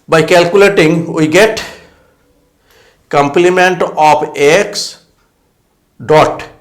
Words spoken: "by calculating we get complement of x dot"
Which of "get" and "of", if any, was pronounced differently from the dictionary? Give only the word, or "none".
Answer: of